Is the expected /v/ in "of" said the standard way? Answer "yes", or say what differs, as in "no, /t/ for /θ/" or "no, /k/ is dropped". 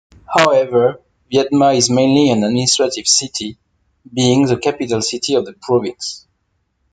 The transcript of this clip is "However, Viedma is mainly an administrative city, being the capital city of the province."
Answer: yes